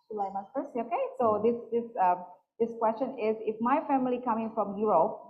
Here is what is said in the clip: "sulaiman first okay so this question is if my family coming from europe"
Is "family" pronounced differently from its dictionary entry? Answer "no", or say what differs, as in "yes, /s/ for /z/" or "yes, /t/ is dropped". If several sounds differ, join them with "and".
no